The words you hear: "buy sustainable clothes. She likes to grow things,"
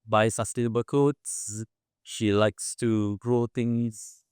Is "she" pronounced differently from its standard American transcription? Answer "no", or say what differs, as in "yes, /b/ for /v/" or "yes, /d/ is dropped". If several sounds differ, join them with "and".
no